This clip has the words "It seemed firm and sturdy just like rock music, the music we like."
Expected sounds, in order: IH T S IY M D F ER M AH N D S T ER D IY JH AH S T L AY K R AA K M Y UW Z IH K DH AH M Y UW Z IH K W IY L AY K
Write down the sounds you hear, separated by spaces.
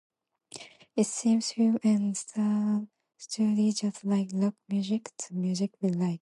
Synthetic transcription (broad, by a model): IH T S IY M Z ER AH N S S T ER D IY JH AH S T L AY K L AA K M Y UW Z IH K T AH M Y UW Z IH K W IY L AY K